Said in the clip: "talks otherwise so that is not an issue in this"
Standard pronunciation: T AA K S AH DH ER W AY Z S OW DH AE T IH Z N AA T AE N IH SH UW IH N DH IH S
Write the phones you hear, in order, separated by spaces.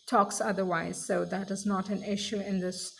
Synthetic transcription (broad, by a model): T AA K S AH DH ER W AY Z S OW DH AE T IH Z N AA T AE N IH SH UW IH N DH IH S